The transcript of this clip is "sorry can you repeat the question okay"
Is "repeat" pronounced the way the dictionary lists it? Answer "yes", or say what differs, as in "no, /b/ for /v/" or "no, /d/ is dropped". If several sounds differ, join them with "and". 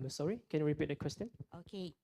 yes